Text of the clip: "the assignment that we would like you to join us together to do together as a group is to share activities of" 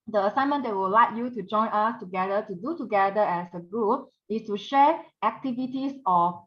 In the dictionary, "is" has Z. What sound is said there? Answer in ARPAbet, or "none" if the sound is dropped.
S